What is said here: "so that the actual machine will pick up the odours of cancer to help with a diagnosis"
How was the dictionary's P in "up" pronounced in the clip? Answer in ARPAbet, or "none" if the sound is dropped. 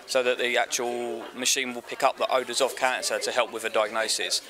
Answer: P